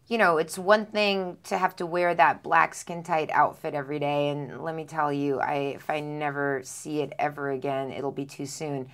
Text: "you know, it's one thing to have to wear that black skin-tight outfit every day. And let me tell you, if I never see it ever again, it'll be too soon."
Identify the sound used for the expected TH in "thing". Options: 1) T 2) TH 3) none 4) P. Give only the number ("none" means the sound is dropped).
2